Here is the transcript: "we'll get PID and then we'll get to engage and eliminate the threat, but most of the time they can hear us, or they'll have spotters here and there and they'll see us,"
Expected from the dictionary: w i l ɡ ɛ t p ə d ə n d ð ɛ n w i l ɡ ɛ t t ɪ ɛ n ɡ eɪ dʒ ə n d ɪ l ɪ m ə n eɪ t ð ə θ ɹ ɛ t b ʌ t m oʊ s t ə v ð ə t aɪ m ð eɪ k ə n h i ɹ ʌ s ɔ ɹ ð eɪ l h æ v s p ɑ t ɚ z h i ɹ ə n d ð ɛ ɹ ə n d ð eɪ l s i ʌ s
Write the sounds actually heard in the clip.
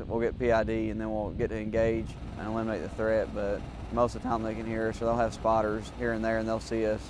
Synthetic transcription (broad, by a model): w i l ɡ ɛ t p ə d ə n ð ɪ n w i l ɡ ɛ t t ɪ ɛ n ɡ eɪ dʒ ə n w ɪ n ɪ m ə ɪ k ð ə θ ɹ ɛ t b ʌ t m oʊ s t ə v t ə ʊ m ð eɪ k ə n h i ɹ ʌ s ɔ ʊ ð eɪ l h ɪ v s p ɑ t ɚ z h i ɹ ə n ð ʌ ɹ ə n ð eɪ l s i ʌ s